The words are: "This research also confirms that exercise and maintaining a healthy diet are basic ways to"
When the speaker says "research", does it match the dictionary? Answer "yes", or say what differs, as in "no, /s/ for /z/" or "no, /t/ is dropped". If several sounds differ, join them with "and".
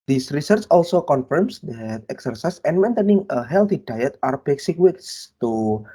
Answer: yes